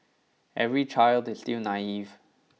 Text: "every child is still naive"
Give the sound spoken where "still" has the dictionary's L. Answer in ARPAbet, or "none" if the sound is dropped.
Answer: W